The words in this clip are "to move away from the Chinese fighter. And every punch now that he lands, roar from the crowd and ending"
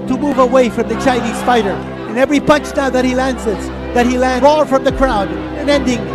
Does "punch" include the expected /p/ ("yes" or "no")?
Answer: yes